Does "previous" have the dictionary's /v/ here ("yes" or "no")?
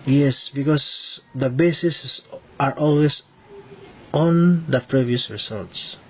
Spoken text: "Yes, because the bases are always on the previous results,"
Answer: yes